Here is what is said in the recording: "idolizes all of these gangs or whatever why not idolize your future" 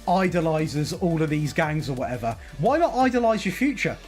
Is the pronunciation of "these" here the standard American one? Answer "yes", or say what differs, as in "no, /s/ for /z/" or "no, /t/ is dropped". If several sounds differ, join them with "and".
yes